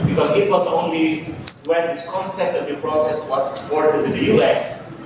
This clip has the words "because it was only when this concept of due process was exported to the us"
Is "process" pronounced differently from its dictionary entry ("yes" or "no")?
no